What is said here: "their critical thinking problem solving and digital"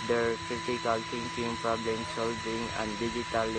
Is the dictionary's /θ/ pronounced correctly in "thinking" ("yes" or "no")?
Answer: no